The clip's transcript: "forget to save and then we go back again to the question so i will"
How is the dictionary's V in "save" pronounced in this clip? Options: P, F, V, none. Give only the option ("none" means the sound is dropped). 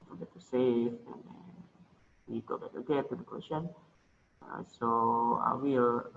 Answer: F